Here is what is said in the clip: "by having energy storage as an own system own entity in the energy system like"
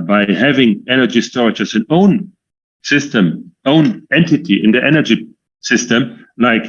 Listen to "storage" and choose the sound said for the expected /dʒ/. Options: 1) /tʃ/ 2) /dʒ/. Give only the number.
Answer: 1